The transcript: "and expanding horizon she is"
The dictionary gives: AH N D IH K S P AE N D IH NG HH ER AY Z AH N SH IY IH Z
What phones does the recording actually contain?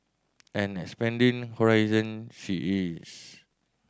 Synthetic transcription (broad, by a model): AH N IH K S P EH N D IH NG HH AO AY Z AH N SH IY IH S